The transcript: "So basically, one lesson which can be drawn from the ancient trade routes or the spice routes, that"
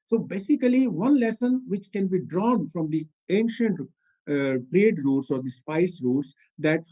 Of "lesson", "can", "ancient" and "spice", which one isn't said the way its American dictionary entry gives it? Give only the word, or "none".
none